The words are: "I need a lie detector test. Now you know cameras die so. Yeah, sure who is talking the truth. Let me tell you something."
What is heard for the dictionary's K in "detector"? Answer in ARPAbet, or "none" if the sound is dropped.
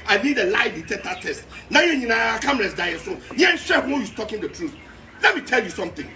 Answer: none